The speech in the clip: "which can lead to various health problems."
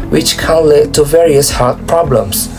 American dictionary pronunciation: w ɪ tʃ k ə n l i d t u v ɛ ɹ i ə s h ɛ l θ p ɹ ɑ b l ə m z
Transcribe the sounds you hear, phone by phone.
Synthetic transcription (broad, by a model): w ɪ tʃ k ə n l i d t u v ɛ ɹ i ə s h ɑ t p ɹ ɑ b l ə m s